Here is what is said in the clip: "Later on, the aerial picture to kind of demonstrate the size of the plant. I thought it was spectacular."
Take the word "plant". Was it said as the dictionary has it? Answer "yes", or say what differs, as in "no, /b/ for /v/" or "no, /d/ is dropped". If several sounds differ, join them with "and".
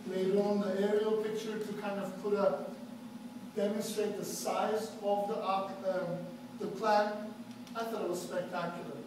no, /t/ is dropped